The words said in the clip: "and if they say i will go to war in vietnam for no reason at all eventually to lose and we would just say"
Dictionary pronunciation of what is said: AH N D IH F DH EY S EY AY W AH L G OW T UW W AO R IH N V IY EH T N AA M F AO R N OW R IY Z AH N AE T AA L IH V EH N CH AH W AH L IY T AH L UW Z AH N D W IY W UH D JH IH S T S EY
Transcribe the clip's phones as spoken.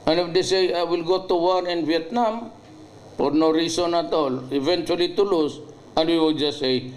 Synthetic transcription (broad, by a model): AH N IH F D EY S EY AY W AH L G OW T UW W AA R IH N V IY EH T N AA M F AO R N OW R IY S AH N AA T AA L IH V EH N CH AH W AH L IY T AH L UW S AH N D W IY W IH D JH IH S S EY